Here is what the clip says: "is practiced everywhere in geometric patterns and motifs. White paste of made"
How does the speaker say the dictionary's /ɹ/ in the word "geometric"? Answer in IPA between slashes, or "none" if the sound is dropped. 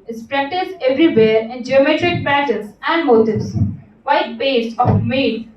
/ɹ/